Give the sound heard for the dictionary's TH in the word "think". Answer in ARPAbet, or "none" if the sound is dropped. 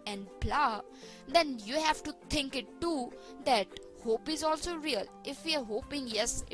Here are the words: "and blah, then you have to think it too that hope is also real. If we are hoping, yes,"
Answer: T